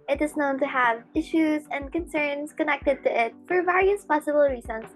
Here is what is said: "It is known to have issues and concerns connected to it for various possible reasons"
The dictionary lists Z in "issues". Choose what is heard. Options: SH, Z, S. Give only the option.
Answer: Z